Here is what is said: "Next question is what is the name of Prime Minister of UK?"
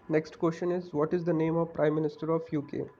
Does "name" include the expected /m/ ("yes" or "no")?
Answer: yes